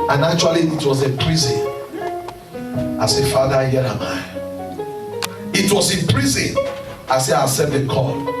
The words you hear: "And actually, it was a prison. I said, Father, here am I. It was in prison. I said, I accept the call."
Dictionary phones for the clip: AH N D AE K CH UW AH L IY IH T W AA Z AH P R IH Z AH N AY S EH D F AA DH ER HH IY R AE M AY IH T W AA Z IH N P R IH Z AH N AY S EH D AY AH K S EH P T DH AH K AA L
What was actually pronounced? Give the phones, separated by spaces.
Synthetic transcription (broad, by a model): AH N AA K CH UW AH L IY IH T W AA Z AH P R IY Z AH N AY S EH F AA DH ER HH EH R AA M AY IH T W AA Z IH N P R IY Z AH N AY S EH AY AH S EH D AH K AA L